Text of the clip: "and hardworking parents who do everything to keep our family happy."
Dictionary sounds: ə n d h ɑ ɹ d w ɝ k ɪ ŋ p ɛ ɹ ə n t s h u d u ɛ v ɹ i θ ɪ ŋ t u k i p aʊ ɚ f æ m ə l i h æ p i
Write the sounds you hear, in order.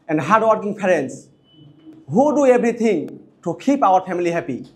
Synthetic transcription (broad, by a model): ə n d h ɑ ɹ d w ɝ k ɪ ŋ p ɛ ɹ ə n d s h u d u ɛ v ɹ i t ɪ ŋ t u k i p aʊ ɚ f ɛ m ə l i h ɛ p i